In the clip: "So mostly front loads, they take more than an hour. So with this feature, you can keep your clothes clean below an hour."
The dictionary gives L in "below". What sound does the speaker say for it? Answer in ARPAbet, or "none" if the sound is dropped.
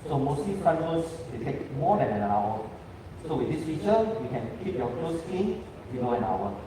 N